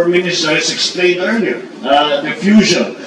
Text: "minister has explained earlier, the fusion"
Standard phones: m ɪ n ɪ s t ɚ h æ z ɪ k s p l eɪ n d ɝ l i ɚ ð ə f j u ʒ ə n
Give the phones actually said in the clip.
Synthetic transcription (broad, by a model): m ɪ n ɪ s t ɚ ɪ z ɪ k s p l eɪ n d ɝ n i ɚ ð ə f j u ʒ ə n